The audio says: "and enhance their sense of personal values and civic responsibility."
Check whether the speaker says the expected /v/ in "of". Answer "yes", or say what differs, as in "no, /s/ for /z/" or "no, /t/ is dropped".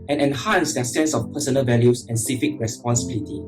no, /f/ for /v/